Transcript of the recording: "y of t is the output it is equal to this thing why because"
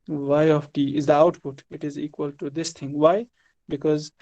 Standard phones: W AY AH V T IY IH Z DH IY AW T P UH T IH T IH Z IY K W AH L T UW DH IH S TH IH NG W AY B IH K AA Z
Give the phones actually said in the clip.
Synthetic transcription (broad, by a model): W AY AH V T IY IH Z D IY AW T P UH T IH T IH Z IY K W AH L T UW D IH S T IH NG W AY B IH K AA Z